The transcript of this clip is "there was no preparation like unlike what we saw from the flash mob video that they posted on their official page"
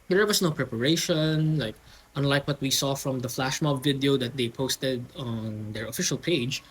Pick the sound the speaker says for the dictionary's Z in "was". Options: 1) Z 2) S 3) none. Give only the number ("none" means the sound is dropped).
2